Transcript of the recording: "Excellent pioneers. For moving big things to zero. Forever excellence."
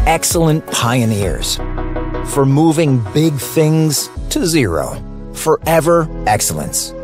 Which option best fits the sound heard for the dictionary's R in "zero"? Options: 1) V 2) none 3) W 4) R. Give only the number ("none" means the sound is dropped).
4